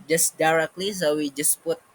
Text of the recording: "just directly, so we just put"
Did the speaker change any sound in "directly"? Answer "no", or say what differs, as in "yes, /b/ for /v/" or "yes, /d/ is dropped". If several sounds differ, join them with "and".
no